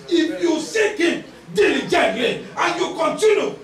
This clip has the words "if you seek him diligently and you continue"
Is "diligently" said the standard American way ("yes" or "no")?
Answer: no